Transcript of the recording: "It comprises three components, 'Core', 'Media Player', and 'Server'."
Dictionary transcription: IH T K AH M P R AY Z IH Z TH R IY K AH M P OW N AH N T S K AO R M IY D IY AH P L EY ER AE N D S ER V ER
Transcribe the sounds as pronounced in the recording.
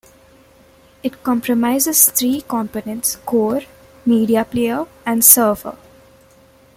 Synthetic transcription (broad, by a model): IH T K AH M P R AY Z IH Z T R IY K AH M P OW N AH N T S K AO R M IY D IY AH P L EY ER AE N D S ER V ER